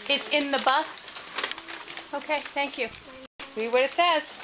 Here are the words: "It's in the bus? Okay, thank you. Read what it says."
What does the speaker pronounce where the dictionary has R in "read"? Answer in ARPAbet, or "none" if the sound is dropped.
W